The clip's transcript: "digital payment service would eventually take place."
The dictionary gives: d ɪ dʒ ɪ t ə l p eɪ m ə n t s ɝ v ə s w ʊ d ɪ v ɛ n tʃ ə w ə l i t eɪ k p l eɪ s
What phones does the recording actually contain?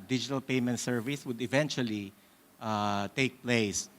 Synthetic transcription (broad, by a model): d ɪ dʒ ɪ t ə l p eɪ m ə n t s ɝ v ə s w ʊ d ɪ v ɛ n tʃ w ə l i t eɪ k p l eɪ s